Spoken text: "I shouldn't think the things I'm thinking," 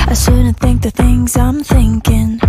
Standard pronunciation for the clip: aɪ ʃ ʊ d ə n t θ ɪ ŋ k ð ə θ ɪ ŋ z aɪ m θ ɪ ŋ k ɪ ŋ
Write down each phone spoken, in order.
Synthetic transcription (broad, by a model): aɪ s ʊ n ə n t θ ɪ ŋ k ð ə θ ɪ ŋ z aɪ m θ ɪ ŋ k ɪ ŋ